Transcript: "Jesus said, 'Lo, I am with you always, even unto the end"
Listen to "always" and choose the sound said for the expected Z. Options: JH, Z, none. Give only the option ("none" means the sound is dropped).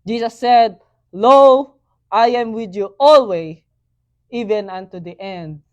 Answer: none